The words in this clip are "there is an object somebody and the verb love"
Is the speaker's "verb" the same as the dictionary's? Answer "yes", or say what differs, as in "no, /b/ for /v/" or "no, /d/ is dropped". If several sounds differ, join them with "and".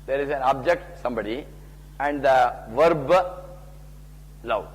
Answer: yes